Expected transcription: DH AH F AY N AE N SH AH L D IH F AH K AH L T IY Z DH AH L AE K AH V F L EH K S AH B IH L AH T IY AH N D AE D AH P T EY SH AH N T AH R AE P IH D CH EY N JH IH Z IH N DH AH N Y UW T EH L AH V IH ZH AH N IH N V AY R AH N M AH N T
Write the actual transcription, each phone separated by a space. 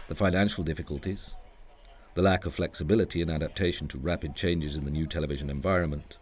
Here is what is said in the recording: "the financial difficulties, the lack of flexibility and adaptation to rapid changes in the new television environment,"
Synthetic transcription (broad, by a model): DH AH F AY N AE N SH L D IH F AH K AH L T IY Z DH AH L AE K AH V F L EH K S AH B IH L AH T IY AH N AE D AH P T EY SH N T AH R AE P IH D CH EY N JH IH Z IH N DH AH N Y UW T EH L AH V IH ZH AH N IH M V AY R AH N M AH N T